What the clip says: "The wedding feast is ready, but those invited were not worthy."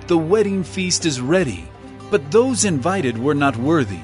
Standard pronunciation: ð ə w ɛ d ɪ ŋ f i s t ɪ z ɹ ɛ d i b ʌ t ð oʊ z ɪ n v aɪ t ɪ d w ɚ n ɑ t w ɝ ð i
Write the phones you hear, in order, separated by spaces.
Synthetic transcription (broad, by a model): ð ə w ɛ d ɪ ŋ f i s t ɪ z ɹ ɛ d i b ʌ t ð oʊ z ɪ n v aɪ t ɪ d w ɚ n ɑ t w ɝ ð i